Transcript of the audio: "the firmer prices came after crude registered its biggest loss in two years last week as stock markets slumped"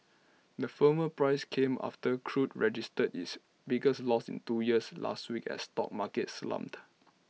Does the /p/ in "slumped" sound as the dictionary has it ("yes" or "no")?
no